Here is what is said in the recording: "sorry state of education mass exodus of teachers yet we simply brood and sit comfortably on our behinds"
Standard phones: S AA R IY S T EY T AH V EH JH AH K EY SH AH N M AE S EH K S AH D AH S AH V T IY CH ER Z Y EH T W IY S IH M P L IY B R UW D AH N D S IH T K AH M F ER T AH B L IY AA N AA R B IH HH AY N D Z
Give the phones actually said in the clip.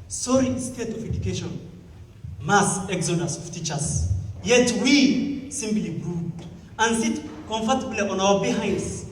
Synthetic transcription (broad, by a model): S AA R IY S T EY T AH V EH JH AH K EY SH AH N M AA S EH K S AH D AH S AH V T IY CH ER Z Y EH T W IY S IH M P L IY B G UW AH N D S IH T K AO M F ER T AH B L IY AA N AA W B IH HH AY N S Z